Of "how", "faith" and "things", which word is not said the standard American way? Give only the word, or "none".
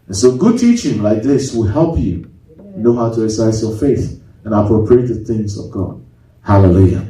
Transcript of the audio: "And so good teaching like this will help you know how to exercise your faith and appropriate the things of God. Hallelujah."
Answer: none